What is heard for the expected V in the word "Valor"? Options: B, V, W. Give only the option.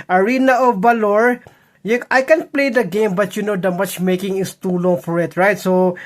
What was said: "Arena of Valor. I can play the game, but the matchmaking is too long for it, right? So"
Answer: B